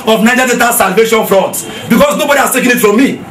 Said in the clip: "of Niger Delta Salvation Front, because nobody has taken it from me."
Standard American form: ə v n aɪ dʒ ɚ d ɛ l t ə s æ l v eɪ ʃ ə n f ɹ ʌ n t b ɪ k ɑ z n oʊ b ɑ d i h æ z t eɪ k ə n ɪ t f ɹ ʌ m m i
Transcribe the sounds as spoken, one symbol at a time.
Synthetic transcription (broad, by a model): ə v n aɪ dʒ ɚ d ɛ t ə s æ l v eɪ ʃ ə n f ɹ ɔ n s b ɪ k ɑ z n oʊ b ɑ d i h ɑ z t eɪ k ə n ɪ t f ɹ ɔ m m i